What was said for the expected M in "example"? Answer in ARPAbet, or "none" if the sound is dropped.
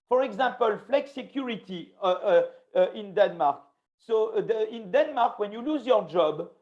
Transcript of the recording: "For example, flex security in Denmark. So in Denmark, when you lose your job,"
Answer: none